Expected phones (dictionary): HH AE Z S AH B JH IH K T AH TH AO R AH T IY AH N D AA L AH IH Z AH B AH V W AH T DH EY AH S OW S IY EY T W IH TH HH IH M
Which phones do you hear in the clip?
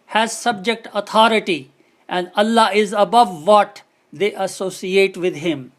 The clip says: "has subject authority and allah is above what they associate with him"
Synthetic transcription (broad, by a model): HH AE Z S AH B JH IH K T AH T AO R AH T IY AH N D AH L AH IH Z AH B AH V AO T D EY AH S OW S IY EY T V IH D HH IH M